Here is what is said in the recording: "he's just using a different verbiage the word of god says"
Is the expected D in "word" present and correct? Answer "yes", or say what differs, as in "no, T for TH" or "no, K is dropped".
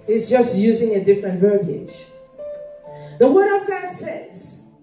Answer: yes